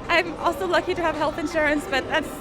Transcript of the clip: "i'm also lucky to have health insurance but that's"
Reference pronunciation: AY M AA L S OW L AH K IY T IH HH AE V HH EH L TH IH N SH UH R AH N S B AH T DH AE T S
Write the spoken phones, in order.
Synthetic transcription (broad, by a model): AY M AA L S OW L AH K IY T IH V HH EH L TH IH N SH UH R AH N S B AH T DH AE T S